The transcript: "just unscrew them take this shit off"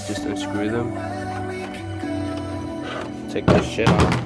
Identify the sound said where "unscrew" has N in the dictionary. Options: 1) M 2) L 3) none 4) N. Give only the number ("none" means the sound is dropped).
3